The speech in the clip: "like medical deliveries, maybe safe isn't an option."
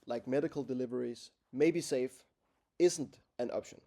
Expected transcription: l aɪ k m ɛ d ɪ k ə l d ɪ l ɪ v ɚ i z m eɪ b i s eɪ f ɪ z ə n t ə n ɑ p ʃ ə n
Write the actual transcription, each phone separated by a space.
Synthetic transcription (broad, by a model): l aɪ k m ɛ d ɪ k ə l d ɪ l ɪ v ɚ i z m eɪ b i s eɪ f ɪ z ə n t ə n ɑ p ʃ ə n